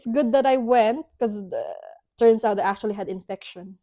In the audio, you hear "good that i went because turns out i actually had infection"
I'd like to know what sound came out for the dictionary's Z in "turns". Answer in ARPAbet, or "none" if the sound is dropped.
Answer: S